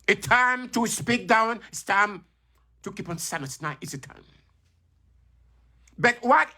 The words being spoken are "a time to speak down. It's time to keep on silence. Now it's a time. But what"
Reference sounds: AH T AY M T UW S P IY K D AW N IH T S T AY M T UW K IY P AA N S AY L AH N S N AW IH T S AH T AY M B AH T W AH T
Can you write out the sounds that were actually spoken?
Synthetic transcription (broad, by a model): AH T AY M T UW S P IY K D AW N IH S T AY M T UW K IY P AA N S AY N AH S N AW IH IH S AH T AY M B AH T W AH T